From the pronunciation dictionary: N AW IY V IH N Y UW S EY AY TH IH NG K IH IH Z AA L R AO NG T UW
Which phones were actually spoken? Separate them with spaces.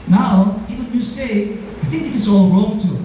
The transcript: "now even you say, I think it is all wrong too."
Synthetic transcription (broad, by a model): N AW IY W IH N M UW S EY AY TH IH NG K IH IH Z AA L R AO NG T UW